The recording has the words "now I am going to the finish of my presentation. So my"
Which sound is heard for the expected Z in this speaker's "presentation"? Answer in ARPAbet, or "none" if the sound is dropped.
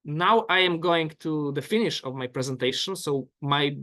Z